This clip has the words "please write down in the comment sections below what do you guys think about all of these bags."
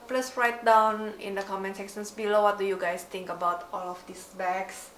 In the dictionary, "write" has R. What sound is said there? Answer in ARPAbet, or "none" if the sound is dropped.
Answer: R